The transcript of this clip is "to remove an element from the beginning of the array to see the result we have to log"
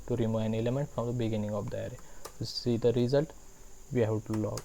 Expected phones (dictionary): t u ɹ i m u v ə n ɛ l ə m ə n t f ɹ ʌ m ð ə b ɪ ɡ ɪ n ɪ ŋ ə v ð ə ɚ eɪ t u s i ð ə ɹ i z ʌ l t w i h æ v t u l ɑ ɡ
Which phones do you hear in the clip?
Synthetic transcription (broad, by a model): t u ɹ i m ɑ ə n ɛ l ə m ə n t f ɹ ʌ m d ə b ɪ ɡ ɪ n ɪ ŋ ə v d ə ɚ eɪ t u s i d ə ɹ i z ʌ l t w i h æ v t u l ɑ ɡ